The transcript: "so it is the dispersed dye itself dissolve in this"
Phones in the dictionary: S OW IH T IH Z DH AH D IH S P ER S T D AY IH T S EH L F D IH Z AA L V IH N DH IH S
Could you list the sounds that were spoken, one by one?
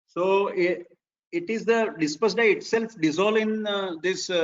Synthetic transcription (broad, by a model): S OW IH T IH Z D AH D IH S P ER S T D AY IH T S EH L F D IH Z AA L IH N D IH S